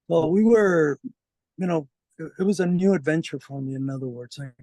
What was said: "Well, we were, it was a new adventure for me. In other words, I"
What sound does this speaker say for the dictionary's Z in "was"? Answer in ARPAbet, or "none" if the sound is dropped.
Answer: Z